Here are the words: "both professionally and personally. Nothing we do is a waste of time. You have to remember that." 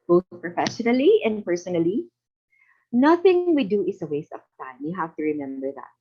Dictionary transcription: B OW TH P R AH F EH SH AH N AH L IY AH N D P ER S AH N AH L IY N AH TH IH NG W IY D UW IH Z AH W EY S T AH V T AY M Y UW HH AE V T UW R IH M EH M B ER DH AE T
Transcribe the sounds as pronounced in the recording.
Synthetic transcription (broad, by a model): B OW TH P R AH F EH SH AH N AH L IY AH N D P ER S AH N AH L IY N AH TH IH NG W IY D UW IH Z AH W EY S T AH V T AY M Y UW HH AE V T UW R IH M EH M B ER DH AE T